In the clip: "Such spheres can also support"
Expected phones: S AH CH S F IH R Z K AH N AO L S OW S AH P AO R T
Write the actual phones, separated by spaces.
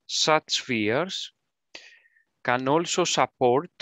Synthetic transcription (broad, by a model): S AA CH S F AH R S K AH N AO L S OW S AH P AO R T